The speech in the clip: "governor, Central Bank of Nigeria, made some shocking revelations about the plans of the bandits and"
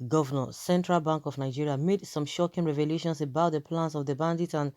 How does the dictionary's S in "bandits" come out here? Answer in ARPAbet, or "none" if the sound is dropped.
none